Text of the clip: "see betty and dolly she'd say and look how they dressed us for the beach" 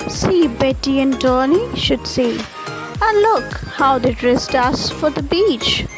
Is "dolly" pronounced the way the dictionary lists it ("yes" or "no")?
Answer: no